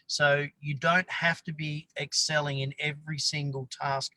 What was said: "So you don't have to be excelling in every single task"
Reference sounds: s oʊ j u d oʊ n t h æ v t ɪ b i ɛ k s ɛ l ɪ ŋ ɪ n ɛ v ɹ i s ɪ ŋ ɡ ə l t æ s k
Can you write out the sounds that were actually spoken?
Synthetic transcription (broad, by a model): s oʊ j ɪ d oʊ n t h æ f t ɪ b i ɛ k s ɛ l ɪ ŋ ɪ n ɛ v ɹ i s ɪ ŋ ɡ ə l t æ s k